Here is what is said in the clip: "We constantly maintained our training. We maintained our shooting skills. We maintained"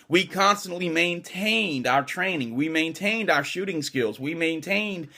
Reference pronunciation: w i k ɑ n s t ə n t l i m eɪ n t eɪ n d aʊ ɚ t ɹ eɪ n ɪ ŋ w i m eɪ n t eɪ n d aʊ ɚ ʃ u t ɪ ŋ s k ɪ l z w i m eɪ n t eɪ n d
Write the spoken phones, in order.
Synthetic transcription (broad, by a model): w i k ɑ n s t ə n t l i m eɪ n t eɪ n d aʊ ɚ t ɹ eɪ n ɪ ŋ w i m eɪ n t eɪ n d aʊ ɚ ʃ u t ɪ ŋ s k ɪ l z w i m eɪ n t eɪ n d